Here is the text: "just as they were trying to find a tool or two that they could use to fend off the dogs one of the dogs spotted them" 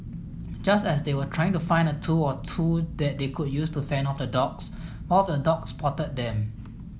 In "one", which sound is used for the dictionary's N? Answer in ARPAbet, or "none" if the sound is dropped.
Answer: none